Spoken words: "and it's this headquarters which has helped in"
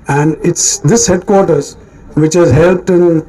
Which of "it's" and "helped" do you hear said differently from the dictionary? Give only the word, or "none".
none